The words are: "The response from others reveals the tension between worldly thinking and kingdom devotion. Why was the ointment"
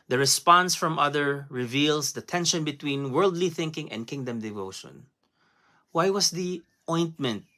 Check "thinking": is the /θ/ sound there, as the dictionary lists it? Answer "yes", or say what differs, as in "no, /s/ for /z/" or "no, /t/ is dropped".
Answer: yes